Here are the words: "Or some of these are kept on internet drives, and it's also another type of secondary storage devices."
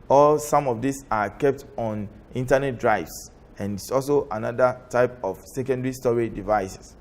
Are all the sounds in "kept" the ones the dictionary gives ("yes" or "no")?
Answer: yes